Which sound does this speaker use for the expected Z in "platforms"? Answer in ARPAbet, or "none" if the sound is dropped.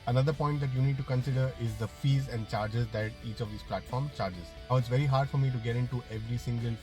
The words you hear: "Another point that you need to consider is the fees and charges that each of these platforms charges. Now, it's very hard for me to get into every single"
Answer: none